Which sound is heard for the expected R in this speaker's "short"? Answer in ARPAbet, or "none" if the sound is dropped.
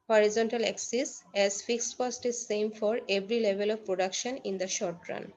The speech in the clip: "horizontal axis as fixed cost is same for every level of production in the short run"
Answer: R